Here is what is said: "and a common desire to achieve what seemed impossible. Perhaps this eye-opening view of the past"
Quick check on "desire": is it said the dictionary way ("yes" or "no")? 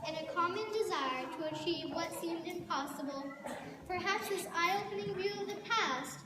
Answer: yes